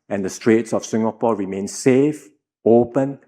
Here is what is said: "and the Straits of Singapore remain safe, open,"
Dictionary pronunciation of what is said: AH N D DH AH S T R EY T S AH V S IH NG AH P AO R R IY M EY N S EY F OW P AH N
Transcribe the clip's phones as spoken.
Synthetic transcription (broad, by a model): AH N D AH S T R EY T S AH F S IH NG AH P AO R R IY M EY N S EY F OW P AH N